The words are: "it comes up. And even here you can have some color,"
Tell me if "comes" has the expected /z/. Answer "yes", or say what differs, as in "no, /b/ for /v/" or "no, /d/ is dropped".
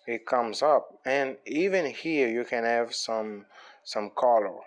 yes